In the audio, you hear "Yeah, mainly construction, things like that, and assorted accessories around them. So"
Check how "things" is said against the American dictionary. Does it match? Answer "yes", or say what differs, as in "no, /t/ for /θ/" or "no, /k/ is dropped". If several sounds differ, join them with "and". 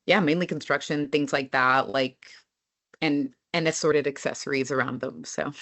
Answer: yes